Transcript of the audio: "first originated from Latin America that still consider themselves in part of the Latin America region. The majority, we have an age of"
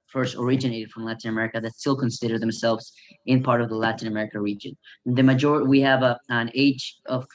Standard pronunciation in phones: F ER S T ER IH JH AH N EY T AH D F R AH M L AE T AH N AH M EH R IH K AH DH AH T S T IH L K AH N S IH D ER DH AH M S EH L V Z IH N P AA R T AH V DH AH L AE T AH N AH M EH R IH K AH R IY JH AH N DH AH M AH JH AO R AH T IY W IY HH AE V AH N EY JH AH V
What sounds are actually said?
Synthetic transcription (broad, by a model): F ER S T ER IH JH AH N EY T AH D F R AH M L AE T AH N AH M EH R IH K AH DH AH T S T IH L K AH N S IH D ER DH AH M S EH L V Z IH N P AA R T AH V DH AH L AE T AH N AH M EH R IH K AH R IY JH AH N DH AH M AH JH AO R AH T IY W IY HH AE V AH N EY JH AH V